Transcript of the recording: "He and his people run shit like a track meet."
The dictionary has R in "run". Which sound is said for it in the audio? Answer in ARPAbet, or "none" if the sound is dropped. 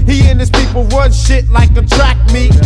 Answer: W